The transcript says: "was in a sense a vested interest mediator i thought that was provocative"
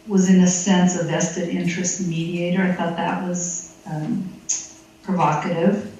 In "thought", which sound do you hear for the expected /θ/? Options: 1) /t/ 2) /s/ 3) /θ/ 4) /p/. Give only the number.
3